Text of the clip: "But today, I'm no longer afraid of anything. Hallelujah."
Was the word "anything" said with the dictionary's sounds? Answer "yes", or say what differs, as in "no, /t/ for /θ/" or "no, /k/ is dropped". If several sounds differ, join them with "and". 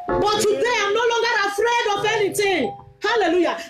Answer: no, /t/ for /θ/